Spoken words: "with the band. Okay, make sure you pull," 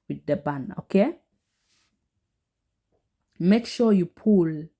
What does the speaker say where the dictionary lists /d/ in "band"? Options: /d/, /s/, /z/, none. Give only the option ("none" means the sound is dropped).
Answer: none